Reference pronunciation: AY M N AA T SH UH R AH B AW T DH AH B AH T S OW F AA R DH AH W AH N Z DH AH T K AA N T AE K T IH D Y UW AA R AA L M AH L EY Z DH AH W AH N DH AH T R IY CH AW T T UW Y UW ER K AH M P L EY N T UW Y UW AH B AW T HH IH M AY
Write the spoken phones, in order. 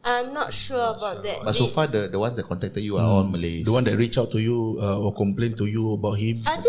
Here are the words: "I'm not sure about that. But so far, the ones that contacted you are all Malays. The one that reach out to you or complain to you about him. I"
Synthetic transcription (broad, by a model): AY M N AA T SH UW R AH B AW T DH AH B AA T S OW F AA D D AH W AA N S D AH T K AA N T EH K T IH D Y UW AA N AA N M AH L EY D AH W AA N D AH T R IY CH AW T T UW Y UW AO K AH M P L EY N T UW Y UW AH B AW T HH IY M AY